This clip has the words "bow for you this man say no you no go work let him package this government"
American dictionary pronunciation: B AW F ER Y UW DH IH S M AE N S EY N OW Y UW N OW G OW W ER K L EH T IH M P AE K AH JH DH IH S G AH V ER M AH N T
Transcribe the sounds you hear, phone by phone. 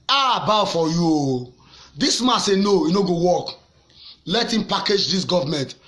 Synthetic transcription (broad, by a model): B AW F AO Y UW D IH S M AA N S EY N OW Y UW N OW G OW W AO K L EH T IH M P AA K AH JH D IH S G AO V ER M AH N T